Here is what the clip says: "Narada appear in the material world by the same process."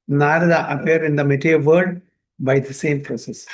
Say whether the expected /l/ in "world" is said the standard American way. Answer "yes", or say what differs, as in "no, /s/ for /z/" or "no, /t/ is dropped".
no, /l/ is dropped